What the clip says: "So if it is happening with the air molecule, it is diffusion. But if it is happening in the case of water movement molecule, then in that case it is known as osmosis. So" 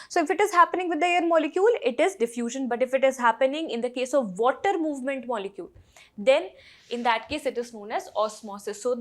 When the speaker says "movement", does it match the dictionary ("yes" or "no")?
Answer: yes